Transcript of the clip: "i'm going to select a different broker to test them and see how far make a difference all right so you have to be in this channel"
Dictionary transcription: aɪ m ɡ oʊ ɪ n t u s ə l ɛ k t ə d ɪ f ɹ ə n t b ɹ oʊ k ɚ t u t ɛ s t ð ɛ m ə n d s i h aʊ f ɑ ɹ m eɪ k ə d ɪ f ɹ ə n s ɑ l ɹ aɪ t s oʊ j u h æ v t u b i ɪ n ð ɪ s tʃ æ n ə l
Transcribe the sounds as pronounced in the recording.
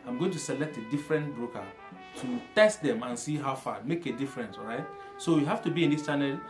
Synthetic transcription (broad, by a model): aɪ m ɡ oʊ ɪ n t u s ə l ɛ k t ə d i f ɹ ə n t b ɹ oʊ k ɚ t u t ɛ s t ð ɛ m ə n s i h aʊ f ɑ m eɪ k ə d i f ɹ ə n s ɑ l ɹ aɪ t s oʊ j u h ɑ f t u b i ɪ n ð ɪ s tʃ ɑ n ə l